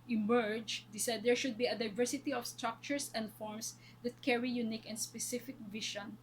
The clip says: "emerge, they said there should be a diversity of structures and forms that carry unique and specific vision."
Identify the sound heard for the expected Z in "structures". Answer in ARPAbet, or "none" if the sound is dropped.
S